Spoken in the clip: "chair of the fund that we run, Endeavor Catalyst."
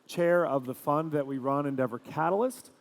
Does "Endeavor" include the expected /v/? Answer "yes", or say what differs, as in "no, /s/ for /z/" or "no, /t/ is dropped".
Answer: yes